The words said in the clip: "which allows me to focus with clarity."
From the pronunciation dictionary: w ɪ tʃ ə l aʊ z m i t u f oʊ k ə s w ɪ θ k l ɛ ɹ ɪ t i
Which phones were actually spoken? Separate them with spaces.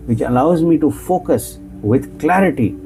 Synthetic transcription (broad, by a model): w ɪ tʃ ə l aʊ z m i t u f oʊ k ə s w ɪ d k l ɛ ɹ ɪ t i